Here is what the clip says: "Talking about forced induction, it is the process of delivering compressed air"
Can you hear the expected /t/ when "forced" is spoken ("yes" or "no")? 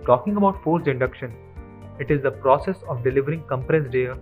no